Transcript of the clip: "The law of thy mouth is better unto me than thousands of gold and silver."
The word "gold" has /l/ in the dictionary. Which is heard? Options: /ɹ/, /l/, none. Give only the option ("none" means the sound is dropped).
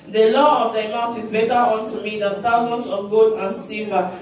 none